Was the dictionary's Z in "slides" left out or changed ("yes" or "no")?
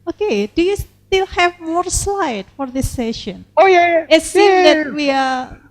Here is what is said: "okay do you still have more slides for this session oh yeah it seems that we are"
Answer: yes